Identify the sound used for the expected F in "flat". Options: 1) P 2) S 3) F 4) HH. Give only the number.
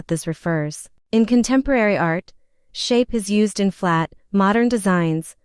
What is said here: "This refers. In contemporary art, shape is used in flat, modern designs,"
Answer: 3